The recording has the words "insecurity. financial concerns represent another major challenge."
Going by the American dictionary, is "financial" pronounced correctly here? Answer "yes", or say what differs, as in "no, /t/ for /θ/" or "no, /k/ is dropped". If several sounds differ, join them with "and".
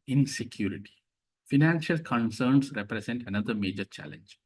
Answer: yes